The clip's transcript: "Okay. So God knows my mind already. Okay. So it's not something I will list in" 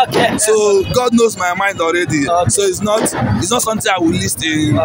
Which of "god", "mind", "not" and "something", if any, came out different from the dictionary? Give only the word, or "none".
something